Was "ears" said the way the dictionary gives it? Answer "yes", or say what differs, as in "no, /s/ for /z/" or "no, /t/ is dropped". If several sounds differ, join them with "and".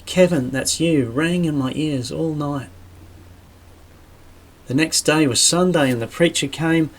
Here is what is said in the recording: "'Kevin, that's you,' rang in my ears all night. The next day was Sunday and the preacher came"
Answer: yes